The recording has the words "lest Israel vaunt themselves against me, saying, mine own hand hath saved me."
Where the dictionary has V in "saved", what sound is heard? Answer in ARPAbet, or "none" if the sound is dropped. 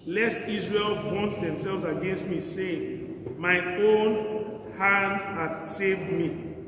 V